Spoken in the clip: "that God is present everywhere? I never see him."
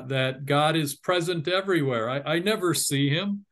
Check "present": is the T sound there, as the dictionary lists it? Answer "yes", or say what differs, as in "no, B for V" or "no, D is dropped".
yes